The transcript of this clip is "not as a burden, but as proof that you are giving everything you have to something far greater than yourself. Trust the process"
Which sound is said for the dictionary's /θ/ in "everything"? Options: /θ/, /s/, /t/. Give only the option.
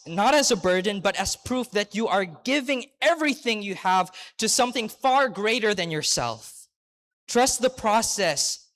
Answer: /θ/